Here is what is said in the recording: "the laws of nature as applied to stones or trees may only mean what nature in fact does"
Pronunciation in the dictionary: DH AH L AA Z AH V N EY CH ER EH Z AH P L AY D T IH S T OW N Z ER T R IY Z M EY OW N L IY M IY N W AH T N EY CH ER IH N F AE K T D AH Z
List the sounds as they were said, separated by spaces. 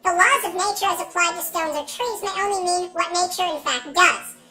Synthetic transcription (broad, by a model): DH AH L AA Z AH V N EY CH ER Z AH P L AY D T IH S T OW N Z ER T R IY Z M EY OW N L IY M IY N W AH T N EY CH ER IH N F AE K T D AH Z